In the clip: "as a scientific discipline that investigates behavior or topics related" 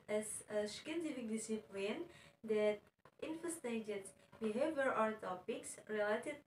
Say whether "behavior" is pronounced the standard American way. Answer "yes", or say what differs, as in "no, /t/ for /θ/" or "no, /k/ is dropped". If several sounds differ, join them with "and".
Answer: yes